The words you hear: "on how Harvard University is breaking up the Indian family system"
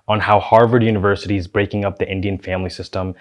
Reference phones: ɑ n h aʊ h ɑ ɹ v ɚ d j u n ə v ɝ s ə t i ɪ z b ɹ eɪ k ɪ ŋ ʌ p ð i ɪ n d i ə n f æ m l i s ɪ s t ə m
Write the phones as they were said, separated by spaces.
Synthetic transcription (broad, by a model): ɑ n h aʊ h ɑ ɹ v ɚ d j u n ə v ɝ s ə t i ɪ z b ɹ eɪ k ɪ ŋ ʌ p ð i ɪ n d i ə n f æ m l i s ɪ s t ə m